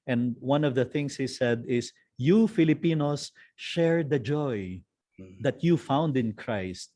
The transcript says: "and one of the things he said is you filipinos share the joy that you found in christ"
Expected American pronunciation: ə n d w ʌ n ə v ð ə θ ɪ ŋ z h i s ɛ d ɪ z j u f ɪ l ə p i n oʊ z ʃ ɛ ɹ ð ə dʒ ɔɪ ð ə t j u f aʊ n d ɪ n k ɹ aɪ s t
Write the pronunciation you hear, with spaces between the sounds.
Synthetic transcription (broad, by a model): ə n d w ʌ n ə v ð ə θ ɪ ŋ s h i s ɛ d ɪ s j u f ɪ l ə p i n oʊ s ʃ ɛ ɹ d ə dʒ ɔɪ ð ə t j u f aʊ n d ɪ n k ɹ aɪ s t